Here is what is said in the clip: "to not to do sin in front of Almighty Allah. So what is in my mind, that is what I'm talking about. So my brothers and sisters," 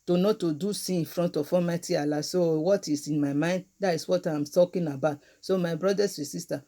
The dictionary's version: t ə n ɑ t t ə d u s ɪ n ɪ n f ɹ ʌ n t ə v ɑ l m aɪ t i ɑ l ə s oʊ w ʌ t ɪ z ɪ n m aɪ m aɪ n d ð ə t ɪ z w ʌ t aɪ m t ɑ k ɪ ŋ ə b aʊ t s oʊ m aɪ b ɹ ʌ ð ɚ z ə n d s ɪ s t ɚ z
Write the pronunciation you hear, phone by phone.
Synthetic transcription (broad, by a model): t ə n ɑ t t ə d u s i ɪ n f ɹ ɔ n t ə f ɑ m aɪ t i ɑ l ə s oʊ w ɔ t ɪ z ɪ n m aɪ m aɪ n d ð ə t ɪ s w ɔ t aɪ m t ɑ k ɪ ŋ ə b aʊ t s oʊ m aɪ b ɹ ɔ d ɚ s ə s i s t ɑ